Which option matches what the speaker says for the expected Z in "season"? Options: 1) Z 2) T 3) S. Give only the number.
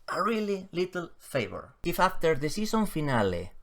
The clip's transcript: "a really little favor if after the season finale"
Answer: 3